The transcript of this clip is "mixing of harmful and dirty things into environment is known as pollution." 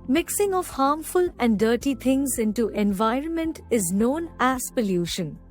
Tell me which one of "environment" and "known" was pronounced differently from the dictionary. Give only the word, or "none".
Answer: none